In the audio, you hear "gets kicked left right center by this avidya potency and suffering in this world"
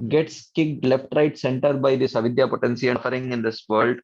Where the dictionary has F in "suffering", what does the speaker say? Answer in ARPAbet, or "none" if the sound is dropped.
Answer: none